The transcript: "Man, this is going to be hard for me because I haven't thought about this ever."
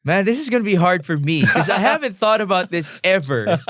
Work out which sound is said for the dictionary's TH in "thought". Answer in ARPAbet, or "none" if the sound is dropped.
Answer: TH